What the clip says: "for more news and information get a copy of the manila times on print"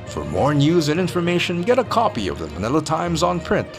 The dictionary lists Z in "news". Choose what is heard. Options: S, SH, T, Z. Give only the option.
Z